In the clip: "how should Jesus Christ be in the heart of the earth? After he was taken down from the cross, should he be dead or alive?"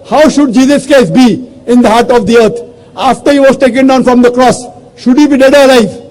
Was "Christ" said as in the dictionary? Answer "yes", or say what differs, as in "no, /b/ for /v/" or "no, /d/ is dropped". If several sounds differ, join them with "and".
no, /ɹ/ is dropped